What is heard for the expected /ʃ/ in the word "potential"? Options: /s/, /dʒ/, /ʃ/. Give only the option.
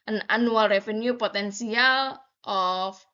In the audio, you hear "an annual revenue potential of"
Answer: /s/